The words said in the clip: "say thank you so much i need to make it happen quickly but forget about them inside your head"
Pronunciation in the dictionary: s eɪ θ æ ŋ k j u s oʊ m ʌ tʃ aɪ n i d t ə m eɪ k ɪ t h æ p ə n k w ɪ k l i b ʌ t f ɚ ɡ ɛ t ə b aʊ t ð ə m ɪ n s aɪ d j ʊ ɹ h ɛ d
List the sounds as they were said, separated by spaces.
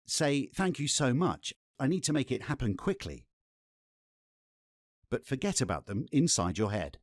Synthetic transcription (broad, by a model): s eɪ θ æ ŋ k j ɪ s oʊ m ʌ tʃ aɪ n i d t ə m eɪ k ɪ t h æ p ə n k w ɪ k l i b ʌ t f ɚ ɡ ɛ t ə b aʊ t ð ə m ɪ n s aɪ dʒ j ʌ ɹ h ɛ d